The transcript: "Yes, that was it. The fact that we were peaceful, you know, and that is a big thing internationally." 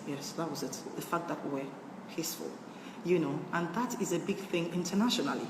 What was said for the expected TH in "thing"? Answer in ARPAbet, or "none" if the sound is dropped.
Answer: TH